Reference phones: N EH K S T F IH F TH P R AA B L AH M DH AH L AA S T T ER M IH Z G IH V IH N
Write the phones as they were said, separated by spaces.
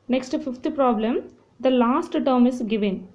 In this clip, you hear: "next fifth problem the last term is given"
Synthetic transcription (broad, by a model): N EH K S T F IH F T P R AA B L AH M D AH L AA S T T ER M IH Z G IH V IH N